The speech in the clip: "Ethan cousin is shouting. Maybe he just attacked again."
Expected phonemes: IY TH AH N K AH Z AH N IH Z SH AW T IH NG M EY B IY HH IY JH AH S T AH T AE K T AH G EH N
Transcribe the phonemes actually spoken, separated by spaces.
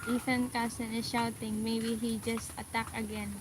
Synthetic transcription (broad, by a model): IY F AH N K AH S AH N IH SH AW T IH NG M EY B IY HH IY JH AH S T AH T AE K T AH G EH N